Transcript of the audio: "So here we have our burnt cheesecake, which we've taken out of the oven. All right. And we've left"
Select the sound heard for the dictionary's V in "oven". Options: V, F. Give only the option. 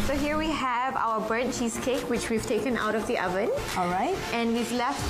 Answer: V